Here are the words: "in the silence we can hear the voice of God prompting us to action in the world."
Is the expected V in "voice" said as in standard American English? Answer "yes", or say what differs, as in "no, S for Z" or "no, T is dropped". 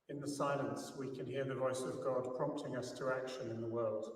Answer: yes